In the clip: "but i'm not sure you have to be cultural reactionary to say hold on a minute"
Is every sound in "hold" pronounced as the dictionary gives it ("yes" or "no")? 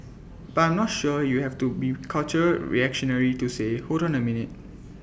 no